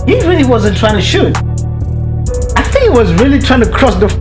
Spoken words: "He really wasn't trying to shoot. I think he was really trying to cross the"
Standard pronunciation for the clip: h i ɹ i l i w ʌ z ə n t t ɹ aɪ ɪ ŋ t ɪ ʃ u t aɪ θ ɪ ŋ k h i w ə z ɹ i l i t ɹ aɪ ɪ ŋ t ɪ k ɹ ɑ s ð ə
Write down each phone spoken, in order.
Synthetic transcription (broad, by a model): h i ɹ i l i w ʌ z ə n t t ɹ aɪ ɪ ŋ t ɪ ʃ u t aɪ θ ɪ ŋ k h i w ə z ɹ i l i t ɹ aɪ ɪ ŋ t ɪ k ɹ ɑ s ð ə